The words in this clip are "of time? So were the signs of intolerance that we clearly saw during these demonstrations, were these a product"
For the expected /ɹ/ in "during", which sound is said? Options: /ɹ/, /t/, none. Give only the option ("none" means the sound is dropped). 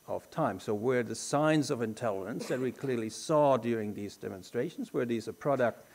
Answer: /ɹ/